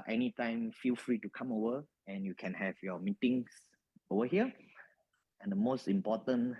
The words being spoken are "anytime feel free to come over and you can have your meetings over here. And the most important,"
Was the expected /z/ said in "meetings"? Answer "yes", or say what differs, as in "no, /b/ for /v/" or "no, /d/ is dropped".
no, /s/ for /z/